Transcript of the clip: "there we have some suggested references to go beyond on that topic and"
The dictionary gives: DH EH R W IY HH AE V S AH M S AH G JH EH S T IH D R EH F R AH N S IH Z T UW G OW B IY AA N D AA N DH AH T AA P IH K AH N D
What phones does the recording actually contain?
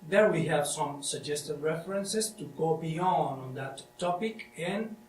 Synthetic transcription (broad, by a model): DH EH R W IY HH AE V S AH M S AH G JH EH S T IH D R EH F R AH N S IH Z T UW G OW B IY AA N D AA N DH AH T AA P IH K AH N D